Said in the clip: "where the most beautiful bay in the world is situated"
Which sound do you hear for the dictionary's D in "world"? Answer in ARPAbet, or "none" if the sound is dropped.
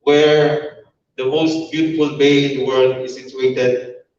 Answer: D